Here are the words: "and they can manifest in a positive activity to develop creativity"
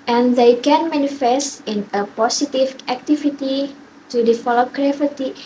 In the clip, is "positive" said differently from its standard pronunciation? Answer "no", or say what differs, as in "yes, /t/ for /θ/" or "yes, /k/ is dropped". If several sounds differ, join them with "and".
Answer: yes, /s/ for /z/